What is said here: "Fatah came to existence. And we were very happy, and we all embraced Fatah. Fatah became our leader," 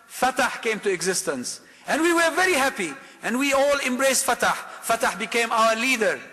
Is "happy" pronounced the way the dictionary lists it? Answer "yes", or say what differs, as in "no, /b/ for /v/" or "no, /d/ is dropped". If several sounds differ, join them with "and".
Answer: yes